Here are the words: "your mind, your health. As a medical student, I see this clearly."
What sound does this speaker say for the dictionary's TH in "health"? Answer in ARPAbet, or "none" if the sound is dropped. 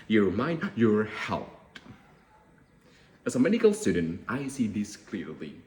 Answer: T